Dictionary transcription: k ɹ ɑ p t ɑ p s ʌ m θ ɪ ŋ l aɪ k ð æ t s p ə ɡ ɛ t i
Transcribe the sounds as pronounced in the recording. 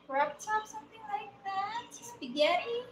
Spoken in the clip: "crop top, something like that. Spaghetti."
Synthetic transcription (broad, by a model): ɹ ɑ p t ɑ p s ʌ m θ ɪ ŋ l aɪ k ð æ t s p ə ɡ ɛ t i